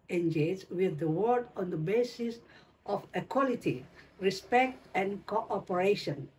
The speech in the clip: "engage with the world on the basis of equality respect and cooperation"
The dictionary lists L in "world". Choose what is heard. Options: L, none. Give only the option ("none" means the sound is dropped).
none